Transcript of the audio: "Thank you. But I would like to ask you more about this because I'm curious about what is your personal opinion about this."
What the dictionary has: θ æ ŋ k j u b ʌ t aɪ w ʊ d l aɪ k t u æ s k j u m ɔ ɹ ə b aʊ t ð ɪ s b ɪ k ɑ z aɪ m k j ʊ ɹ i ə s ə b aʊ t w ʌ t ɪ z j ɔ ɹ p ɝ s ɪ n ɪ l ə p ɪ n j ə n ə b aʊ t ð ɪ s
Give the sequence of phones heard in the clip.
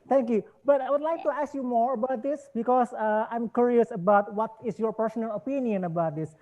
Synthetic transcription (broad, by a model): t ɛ ŋ k j u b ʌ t aɪ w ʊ d l aɪ k t u æ s k j u m ɔ ɹ ə b aʊ t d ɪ s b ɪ k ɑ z aɪ m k j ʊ ɹ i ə s ə b aʊ t w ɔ t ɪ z j ɔ ɹ p ɝ s ɪ n ɪ l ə p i n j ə n ə b aʊ t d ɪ s